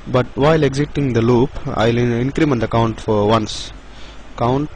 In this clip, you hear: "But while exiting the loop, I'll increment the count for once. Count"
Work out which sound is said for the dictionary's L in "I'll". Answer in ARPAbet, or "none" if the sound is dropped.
L